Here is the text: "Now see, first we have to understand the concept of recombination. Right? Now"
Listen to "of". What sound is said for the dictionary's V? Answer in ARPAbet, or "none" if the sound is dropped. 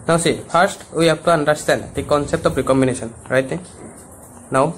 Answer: P